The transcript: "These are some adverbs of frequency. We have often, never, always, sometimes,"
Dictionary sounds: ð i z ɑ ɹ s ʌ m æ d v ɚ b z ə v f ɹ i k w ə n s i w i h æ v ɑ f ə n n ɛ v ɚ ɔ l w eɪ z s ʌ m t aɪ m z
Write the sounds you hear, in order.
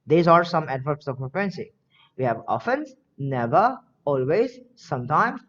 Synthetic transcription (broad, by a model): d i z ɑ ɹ s ʌ m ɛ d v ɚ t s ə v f ɛ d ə n s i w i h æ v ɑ f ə n n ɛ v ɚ ɔ l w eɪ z s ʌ m t aɪ m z